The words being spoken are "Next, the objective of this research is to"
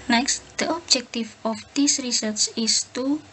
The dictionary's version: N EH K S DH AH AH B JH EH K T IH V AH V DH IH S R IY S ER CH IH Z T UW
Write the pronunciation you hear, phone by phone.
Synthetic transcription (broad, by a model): N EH K S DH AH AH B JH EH K T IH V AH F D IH S R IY S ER S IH S T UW